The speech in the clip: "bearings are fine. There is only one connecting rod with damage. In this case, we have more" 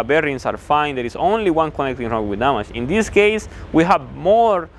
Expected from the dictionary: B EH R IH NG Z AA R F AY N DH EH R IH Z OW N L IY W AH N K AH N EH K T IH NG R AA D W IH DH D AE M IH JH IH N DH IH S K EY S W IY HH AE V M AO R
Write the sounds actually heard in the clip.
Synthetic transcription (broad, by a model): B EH R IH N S AA R F AY N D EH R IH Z OW N L IY W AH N K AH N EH K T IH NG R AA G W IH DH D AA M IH SH IH N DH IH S K EY S W IY HH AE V M AO R